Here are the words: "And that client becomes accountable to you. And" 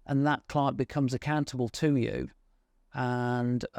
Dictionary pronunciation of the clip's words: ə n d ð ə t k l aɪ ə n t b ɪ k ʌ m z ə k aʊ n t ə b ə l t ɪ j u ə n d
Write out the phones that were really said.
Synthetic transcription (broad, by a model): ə n ð ə t k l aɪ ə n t b ɪ k ʌ m z ə k aʊ n t ə b ə l t ɪ j u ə n